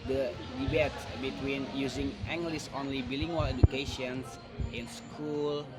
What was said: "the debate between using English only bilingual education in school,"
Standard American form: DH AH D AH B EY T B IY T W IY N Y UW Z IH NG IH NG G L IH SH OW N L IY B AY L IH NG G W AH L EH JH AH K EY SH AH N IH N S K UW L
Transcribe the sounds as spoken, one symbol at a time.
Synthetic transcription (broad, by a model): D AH D AH B EY T B IY T W IY N Y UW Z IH NG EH NG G L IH S OW N L IY B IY L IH NG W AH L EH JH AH K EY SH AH N IH N S K UW L